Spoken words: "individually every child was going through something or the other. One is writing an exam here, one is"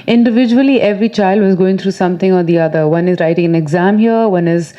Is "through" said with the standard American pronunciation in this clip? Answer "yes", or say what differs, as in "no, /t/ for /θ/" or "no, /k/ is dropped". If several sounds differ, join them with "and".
no, /t/ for /θ/